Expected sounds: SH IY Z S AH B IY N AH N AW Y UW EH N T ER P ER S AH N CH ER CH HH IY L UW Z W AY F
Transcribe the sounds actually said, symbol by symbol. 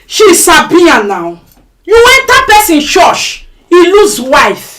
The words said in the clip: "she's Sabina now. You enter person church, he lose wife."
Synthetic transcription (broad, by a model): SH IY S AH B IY AH N AW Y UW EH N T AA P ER S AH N SH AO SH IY L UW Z W AY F